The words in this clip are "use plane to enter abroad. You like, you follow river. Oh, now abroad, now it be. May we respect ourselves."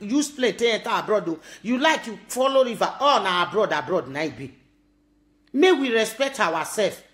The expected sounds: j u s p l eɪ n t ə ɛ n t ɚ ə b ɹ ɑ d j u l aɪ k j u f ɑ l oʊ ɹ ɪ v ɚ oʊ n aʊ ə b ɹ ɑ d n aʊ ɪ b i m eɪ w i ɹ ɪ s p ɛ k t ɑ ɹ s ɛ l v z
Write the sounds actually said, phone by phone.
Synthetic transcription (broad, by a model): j u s p l eɪ n t ə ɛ n t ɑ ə b ɹ ɑ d j u l aɪ k j u f ɑ l oʊ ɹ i v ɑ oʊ n aʊ ə b ɹ ɑ d n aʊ ɪ b i m eɪ w i ɹ ɪ s p ɛ k t ɑ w s ɛ l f